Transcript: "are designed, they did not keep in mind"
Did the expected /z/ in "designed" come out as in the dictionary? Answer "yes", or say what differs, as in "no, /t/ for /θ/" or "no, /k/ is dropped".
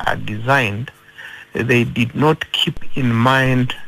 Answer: yes